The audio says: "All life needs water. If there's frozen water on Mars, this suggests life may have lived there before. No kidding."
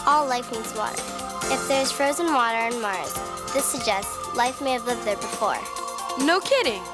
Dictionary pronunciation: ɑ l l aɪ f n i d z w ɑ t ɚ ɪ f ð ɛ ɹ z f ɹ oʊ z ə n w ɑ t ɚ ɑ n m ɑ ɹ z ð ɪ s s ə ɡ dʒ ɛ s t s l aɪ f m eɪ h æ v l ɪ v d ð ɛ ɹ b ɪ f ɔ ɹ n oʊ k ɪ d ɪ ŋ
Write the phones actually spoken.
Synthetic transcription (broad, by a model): ɑ l l aɪ f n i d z w ɑ t ɚ ɪ f ð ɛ ɹ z f ɹ oʊ z ə n w ɑ t ɚ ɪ n m ɑ ɹ z ð ɪ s s ə ɡ dʒ ɛ s t s l aɪ f m eɪ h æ v l ɪ v d ð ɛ ɹ b ɪ f ɔ ɹ n oʊ k ɪ d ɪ ŋ